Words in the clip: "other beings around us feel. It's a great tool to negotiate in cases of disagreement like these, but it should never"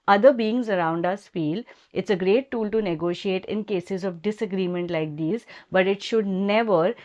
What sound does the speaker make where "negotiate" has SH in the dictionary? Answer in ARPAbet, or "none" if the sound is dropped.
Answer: SH